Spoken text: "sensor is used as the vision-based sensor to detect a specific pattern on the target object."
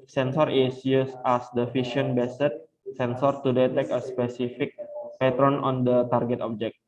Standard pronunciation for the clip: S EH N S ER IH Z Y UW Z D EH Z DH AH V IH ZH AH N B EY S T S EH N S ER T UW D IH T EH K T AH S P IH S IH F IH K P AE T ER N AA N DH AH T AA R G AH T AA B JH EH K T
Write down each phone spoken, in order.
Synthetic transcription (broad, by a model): S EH N S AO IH S Y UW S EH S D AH F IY SH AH N B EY S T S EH N S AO T UW D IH T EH K AH S P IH S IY F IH K P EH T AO N AA N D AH T AA R G AH T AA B JH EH K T